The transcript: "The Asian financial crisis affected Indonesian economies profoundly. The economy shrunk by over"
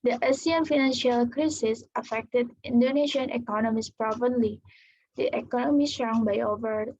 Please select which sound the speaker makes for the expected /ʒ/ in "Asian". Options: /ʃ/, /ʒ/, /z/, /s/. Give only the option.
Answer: /s/